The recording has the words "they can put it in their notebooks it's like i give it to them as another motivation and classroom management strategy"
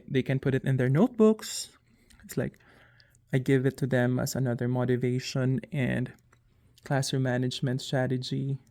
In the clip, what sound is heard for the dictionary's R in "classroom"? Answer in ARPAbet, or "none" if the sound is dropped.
none